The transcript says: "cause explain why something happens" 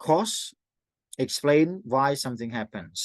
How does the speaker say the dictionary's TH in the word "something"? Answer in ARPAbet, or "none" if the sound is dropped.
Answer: TH